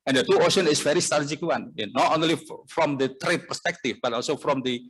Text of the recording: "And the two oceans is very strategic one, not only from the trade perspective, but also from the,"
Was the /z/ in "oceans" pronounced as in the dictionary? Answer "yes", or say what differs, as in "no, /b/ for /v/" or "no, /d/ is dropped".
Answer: no, /z/ is dropped